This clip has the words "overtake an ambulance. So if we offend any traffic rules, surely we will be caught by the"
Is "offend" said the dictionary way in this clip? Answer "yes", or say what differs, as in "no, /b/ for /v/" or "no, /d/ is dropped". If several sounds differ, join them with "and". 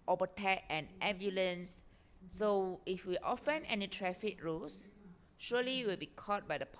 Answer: no, /d/ is dropped